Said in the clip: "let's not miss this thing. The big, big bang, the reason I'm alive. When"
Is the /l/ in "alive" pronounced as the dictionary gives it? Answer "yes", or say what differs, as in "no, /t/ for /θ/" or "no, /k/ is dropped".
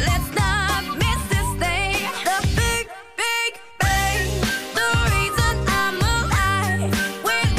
no, /l/ is dropped